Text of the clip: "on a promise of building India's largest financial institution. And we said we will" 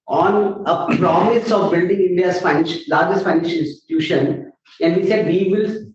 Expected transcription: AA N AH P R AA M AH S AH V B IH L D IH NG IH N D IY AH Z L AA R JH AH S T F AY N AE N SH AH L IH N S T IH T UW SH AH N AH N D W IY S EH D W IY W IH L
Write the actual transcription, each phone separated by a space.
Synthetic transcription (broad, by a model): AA N AH P R AA M AH S AH V B IH L D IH NG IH N D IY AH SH L AA R JH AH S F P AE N AH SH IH N S T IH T UW SH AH N AH N D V IY S EH D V IY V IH L